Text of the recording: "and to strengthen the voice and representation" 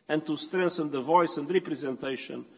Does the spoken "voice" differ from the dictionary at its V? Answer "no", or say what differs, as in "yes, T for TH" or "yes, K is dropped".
no